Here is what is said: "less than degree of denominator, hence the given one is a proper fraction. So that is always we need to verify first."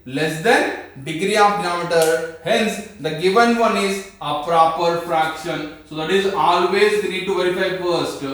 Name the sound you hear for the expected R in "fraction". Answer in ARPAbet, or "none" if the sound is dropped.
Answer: R